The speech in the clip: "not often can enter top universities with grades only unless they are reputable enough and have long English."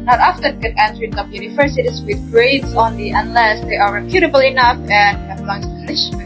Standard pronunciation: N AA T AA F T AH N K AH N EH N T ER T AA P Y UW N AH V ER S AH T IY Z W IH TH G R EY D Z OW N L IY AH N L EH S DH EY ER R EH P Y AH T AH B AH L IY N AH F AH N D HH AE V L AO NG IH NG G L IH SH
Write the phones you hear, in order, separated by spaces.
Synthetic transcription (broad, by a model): N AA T AA F T AH N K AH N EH N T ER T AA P Y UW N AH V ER S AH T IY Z W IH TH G R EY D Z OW N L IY AH N L EH S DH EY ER R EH P Y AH T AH B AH L IY N AH F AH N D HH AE B L AO NG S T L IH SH